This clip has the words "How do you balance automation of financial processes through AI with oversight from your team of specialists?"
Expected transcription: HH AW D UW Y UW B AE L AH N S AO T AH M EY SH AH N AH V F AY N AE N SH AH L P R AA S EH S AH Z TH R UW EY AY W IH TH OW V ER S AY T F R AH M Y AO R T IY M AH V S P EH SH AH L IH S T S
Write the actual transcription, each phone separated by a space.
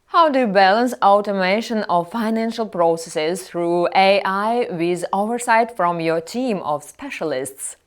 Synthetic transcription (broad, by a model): HH AW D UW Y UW B AE L AH N S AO T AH M EY SH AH N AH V F AY N AE N SH AH L P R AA S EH S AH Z TH R UW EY AY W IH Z OW V ER S AY T F R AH M Y AO R T IY M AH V S P EH SH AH L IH S T S